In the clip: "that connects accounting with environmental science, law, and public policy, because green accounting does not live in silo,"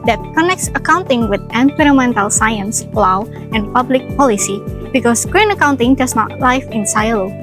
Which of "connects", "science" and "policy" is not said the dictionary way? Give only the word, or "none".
none